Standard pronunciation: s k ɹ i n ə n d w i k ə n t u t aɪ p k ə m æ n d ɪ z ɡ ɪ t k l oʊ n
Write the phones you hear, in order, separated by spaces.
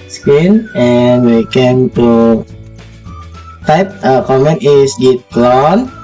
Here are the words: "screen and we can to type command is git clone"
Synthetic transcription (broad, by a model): s k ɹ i n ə n w i k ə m t u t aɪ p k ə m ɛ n ɪ s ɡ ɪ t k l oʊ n